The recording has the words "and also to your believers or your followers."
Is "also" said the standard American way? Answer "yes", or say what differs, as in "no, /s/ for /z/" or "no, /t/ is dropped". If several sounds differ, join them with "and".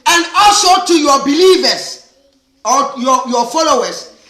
yes